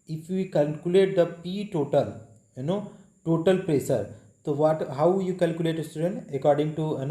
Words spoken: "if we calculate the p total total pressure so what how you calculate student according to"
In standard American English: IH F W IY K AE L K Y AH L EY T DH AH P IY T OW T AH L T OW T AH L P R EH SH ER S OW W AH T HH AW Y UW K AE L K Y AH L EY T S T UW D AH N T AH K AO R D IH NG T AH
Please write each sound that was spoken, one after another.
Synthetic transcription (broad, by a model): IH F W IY K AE L K Y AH L EY T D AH P IY T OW T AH L T OW T AH L P R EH S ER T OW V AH T HH AW Y UW K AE L K Y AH L EY T S T UW D AH N T AH K AO R D IH NG T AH